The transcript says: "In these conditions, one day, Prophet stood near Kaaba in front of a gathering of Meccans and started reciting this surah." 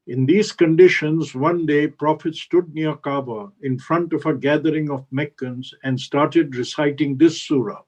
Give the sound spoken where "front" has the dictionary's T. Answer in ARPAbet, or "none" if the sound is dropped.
T